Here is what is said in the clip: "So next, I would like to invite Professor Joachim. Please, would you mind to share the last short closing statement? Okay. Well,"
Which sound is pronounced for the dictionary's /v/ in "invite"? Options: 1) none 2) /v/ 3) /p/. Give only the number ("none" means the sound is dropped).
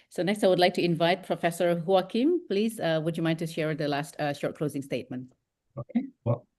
2